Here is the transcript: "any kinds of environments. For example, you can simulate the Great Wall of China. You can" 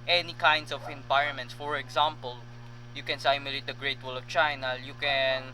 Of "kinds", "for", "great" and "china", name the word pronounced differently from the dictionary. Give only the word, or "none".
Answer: kinds